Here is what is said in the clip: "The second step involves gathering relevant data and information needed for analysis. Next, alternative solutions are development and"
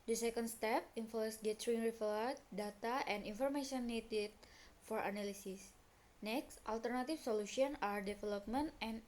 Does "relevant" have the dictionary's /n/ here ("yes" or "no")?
no